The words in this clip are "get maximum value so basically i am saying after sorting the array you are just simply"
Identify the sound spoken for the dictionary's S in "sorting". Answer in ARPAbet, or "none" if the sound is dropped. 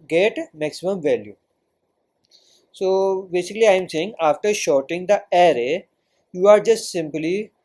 SH